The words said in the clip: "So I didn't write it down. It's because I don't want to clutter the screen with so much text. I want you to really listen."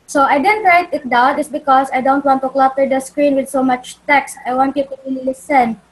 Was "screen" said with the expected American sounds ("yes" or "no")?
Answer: yes